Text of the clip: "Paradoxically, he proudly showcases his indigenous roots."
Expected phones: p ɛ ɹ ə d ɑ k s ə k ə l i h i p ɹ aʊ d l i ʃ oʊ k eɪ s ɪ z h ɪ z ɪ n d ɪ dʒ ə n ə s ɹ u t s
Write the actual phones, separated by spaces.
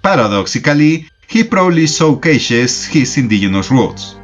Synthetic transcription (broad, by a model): p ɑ ɹ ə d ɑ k s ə k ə l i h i p ɹ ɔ l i s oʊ k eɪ ʃ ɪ s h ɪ s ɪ n d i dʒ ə n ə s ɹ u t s